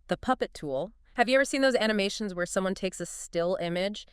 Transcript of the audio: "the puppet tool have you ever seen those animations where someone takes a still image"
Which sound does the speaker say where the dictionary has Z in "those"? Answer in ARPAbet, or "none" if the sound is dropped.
Z